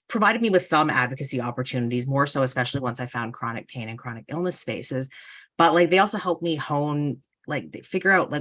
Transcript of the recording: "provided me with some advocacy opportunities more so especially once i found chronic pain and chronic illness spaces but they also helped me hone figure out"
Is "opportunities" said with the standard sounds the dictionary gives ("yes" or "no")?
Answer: yes